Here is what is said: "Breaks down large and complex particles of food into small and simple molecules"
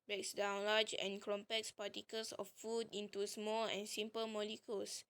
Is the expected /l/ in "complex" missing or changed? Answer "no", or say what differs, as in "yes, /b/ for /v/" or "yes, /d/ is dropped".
yes, /l/ is dropped